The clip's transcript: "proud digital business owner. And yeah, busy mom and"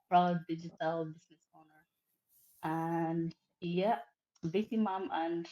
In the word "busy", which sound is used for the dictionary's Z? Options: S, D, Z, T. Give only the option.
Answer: S